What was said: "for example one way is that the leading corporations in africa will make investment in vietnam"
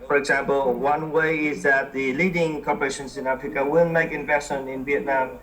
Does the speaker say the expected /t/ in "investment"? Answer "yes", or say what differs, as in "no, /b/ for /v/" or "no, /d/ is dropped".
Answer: no, /t/ is dropped